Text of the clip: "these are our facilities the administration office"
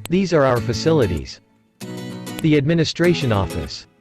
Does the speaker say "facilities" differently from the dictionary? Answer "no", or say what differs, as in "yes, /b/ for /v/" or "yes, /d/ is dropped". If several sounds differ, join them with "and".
no